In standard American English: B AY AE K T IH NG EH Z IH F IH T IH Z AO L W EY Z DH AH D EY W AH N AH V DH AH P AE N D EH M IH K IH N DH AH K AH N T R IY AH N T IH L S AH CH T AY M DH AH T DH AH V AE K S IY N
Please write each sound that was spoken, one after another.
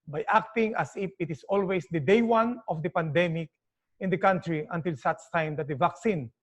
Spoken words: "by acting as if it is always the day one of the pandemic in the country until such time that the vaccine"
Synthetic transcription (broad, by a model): B AY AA K T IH NG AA S IH F IH T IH S AO L W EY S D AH D EY W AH N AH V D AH P AE N D EH M IH K IH N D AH K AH N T R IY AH N T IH L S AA S T AY M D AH T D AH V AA K S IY N